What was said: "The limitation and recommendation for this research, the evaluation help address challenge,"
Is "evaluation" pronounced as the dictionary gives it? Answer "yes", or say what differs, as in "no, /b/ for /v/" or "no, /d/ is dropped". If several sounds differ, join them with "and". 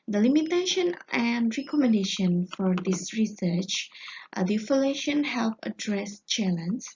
no, /f/ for /v/